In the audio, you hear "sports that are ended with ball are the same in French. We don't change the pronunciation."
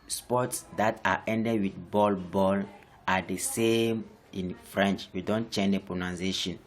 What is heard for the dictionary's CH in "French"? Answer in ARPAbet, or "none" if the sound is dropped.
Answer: CH